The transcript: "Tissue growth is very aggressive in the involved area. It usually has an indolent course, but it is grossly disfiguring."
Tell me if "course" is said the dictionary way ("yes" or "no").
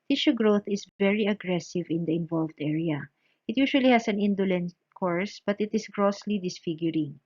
yes